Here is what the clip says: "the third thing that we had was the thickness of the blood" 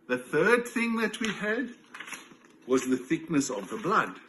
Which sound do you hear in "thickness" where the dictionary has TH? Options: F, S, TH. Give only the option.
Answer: TH